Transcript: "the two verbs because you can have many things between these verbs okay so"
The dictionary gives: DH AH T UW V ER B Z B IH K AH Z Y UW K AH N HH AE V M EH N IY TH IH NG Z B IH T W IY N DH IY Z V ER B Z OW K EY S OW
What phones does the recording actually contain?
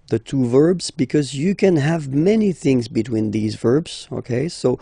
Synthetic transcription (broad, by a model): DH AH T UW V ER B Z B IH K AH Z Y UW K AH N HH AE V M EH N IY TH IH NG Z B IH T W IY N DH IY Z V ER B Z OW K EY S OW